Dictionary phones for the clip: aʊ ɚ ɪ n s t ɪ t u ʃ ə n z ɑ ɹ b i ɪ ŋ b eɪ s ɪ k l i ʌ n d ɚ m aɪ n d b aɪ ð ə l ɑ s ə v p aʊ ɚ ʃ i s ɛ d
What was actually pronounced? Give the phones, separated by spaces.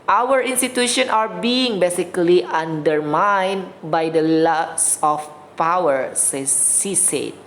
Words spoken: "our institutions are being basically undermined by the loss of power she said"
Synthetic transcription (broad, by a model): aʊ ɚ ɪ n s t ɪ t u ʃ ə n ɑ ɹ b i ɪ ŋ b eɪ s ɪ k l i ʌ n d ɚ m aɪ n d b aɪ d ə l ɑ s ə f p aʊ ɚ s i s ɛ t